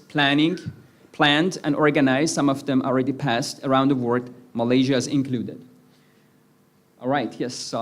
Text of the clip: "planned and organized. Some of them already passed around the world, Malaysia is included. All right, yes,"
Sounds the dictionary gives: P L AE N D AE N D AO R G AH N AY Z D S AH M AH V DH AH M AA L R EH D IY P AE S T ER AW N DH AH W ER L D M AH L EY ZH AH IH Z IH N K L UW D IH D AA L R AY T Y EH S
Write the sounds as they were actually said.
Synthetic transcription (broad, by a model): P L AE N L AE N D AO R G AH N AY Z S AH M AH V DH AH M AA L R EH D IY P AE S T ER AW N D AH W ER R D M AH L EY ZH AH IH Z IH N K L UW D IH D AA L R AY T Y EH S